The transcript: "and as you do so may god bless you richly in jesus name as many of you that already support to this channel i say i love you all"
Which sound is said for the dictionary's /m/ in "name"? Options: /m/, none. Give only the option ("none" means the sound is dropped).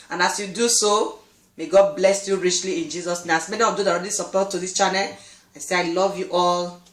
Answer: none